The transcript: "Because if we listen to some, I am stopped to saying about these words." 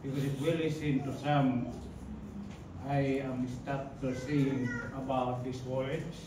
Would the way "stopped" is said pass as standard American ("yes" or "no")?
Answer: no